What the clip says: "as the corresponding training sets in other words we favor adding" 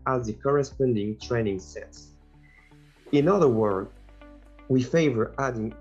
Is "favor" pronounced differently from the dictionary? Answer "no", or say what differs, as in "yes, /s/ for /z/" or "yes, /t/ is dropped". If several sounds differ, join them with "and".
no